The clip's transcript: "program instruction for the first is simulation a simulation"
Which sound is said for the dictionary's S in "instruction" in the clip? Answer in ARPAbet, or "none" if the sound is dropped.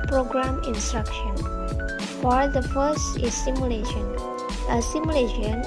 S